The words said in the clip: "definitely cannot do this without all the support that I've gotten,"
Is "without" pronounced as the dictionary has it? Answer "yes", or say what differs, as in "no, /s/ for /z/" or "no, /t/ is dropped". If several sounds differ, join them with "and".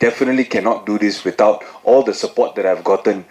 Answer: no, /t/ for /θ/